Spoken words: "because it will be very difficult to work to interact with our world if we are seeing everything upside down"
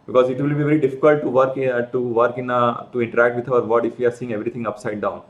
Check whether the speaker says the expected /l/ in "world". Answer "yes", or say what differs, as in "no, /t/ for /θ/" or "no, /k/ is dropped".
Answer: no, /l/ is dropped